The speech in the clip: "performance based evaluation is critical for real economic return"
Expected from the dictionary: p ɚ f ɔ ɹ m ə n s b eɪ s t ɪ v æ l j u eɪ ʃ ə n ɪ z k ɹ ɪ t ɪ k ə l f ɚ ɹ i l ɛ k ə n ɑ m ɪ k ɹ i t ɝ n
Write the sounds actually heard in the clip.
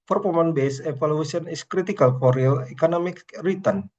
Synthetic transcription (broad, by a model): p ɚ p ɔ m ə n b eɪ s ɪ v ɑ l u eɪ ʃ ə n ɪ s k ɹ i t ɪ k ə l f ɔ ɹ i l ɛ k ə n ɑ m ɪ k ɹ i t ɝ n